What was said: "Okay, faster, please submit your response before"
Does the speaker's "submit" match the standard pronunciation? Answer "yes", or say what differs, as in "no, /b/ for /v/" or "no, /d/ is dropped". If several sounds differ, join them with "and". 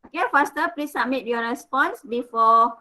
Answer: no, /b/ is dropped